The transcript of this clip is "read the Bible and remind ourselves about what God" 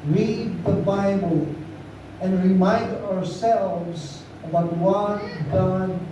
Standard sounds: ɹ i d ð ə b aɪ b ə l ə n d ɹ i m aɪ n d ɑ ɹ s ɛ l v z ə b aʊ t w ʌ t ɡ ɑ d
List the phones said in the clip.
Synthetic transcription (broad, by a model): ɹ i d ð ə b aɪ b ə l ə n d ɹ i m aɪ n d ɑ ɹ s ɛ l v z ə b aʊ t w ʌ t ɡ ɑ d